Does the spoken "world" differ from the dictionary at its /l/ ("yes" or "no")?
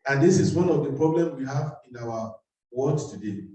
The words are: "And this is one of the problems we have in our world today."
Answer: yes